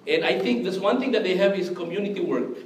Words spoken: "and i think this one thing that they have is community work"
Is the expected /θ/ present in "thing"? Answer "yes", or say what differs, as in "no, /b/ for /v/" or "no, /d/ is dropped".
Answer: no, /t/ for /θ/